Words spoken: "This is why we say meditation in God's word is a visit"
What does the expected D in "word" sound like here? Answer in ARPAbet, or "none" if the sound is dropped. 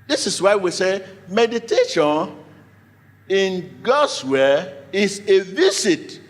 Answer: none